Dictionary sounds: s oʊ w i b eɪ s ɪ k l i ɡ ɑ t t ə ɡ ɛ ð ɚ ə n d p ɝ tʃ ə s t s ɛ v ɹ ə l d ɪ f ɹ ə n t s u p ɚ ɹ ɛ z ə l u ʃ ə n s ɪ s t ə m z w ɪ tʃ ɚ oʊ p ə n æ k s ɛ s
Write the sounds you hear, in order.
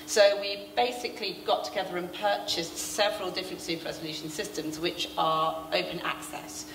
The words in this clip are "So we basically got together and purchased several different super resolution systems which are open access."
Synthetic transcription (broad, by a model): s oʊ w i b eɪ s ɪ k l i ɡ ɑ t t ə ɡ ɛ ð ɚ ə n p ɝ tʃ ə s t s ɛ v ɹ ə l d ɪ f ɹ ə n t s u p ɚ ɹ ɛ z ə l u ʃ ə n s ɪ s t ə m z w ɪ tʃ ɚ oʊ p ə n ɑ k s ɛ s